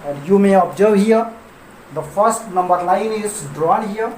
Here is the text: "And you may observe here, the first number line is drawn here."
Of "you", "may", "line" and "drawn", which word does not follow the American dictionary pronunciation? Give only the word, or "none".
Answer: line